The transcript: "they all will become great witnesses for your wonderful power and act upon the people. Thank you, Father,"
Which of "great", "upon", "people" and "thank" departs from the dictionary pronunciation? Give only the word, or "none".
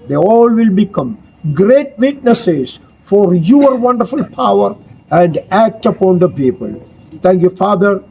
thank